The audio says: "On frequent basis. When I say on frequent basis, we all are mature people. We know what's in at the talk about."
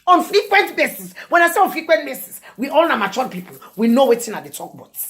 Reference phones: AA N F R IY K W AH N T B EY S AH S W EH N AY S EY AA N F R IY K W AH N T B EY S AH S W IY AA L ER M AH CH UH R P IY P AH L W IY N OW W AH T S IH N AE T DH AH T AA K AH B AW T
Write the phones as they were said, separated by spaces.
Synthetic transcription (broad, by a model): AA N F R IY K W AH N T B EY S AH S W EH N AY S EY AA N F R IY K W AH N T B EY S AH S W IY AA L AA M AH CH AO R P IY P AH L W IY N OW W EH T IH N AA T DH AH T AA K B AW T